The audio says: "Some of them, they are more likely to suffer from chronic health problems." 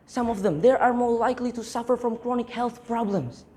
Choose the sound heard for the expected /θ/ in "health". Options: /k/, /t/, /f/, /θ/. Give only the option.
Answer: /θ/